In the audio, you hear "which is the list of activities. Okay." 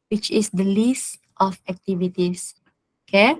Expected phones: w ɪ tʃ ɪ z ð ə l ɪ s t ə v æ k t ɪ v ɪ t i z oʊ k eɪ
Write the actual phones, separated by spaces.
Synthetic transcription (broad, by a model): w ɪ tʃ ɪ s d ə l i s t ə f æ k t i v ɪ t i s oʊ k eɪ